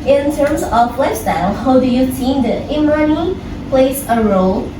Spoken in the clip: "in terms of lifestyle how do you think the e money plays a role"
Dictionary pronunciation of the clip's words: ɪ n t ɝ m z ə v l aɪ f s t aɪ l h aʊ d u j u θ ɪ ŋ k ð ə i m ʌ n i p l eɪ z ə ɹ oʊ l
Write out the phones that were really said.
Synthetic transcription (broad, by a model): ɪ n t ɝ m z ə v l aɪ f s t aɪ l h aʊ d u j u s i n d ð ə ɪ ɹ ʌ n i p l eɪ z ə ɹ oʊ l